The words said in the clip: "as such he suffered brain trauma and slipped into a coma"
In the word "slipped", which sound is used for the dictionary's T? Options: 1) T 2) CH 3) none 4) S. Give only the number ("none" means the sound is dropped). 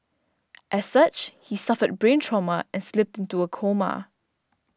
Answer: 1